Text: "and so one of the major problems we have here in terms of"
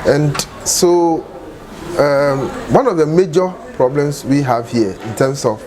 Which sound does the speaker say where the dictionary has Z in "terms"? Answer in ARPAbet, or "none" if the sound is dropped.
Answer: S